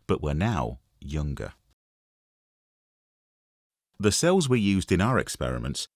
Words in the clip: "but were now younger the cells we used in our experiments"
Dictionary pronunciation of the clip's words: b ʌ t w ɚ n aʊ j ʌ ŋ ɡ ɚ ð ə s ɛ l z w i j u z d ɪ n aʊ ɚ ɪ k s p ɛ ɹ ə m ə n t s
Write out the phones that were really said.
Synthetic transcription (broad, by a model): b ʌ t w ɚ n aʊ j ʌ ŋ ɡ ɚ ð ə s ɛ l z w i j u z d ɪ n aʊ ɚ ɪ k s p ɛ ɹ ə m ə n t s